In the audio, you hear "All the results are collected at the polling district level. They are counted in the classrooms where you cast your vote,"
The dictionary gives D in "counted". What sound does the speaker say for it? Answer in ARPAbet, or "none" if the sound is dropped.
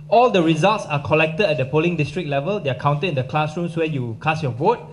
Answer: none